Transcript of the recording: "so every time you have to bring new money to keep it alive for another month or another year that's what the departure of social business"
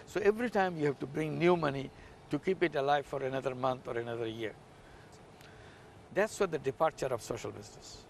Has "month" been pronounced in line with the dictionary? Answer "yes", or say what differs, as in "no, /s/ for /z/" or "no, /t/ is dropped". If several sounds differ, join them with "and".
no, /t/ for /θ/